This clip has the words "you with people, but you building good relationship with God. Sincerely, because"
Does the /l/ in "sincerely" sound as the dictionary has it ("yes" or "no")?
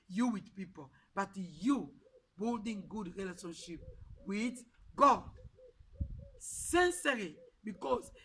no